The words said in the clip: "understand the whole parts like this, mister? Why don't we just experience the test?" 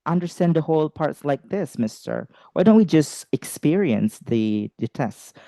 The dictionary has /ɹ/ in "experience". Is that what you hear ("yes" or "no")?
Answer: yes